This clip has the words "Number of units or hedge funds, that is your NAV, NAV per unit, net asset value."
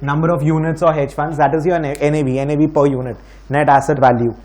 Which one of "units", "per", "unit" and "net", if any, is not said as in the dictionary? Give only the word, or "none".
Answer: none